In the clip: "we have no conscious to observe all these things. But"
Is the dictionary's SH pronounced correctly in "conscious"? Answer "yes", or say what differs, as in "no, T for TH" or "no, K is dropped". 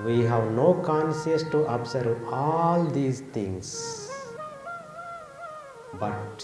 no, S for SH